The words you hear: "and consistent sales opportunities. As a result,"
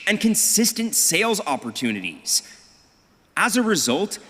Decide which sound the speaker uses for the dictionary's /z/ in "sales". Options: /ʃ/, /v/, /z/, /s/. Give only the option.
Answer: /z/